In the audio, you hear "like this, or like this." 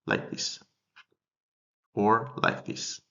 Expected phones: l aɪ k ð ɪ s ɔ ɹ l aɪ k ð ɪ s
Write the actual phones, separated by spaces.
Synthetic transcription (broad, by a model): l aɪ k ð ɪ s ɔ ɹ l aɪ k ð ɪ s